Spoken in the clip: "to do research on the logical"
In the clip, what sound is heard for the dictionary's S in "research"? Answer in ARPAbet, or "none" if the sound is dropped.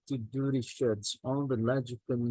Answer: SH